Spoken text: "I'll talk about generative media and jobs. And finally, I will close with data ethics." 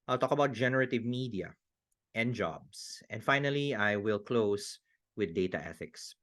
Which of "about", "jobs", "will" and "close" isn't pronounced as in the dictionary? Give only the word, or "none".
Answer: jobs